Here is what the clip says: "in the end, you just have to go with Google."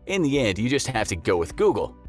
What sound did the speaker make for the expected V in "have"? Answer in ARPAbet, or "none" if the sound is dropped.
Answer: F